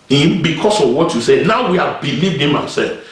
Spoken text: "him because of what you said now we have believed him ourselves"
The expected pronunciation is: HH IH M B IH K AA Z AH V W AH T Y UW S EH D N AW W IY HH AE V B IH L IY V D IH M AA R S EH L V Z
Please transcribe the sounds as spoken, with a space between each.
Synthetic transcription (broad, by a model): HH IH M B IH K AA S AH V W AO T Y UW S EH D N AW W IY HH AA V B IH L IY V D IH M AA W S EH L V